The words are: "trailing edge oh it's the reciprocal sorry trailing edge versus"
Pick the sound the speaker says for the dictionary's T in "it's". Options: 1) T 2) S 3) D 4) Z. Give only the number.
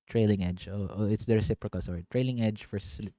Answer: 1